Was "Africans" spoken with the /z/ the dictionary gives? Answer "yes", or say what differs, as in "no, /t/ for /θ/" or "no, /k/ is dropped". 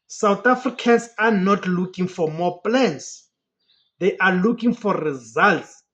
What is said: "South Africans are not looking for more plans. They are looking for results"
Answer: no, /s/ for /z/